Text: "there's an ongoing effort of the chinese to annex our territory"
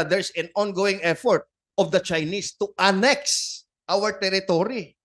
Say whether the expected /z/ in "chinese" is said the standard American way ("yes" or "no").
no